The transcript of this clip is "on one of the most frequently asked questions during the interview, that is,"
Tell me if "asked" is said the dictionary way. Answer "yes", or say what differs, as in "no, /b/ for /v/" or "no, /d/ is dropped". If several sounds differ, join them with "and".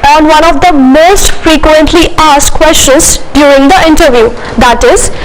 yes